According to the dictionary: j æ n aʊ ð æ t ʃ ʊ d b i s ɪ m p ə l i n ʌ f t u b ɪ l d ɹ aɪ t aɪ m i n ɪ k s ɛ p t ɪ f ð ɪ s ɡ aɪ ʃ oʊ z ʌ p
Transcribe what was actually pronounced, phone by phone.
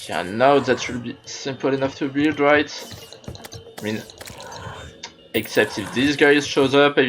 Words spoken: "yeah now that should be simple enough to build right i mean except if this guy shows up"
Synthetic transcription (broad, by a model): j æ n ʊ ð æ t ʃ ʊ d b i s ɪ m p ə l i n ʌ f t u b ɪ l d ɹ aɪ t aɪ m i n ɪ k s ɛ p t ɪ f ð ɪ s ɡ aɪ ʃ oʊ z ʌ p